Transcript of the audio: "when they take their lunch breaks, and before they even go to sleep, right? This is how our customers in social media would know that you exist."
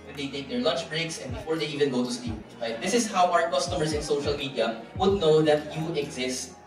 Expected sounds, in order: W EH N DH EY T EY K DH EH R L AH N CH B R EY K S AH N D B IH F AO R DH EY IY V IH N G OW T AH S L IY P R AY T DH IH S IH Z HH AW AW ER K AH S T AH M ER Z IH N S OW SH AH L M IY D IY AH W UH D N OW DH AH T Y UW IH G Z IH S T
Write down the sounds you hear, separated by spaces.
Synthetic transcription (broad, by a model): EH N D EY T EY K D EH R L AH N CH B R EY K S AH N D B IH F AO R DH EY IY V IH N G OW T AH S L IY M R AY T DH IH S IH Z HH AW AW ER K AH S T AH M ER S IH N S OW SH AH L M IY D IY AH W UH D N OW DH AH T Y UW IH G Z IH S T